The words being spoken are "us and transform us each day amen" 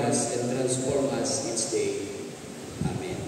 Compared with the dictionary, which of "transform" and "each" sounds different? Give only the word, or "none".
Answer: each